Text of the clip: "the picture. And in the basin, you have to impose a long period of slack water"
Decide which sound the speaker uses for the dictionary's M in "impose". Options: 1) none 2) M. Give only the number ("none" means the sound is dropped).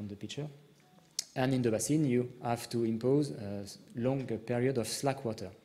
2